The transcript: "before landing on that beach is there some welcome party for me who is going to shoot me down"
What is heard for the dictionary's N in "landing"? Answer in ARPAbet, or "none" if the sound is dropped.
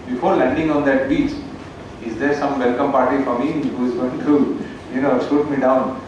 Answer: N